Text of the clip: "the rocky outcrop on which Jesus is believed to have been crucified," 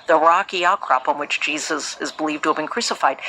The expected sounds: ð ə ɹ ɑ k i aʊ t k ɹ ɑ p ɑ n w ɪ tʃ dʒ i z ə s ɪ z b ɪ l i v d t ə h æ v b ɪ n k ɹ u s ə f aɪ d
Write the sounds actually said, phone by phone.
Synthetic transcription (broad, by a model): ð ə ɹ ɑ k i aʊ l k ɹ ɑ p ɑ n w ɪ tʃ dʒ i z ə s ɪ z b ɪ l i v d t ə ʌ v b ɪ n k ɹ u s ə f aɪ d